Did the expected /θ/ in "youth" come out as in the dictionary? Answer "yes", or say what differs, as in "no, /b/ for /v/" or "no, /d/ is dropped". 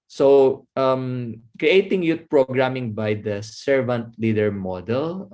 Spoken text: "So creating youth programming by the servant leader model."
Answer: no, /t/ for /θ/